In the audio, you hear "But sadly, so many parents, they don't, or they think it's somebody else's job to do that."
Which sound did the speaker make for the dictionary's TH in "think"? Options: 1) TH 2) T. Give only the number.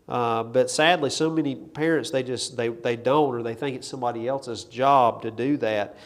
1